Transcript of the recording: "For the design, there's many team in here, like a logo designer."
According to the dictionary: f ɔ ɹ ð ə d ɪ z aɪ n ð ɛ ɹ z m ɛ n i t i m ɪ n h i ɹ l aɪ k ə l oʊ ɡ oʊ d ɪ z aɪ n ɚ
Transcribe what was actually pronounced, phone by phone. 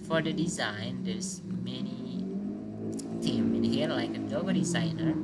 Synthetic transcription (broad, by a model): f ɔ ɹ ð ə d ɪ z aɪ n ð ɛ ɹ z m ɛ n i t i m ɪ n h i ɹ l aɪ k ə n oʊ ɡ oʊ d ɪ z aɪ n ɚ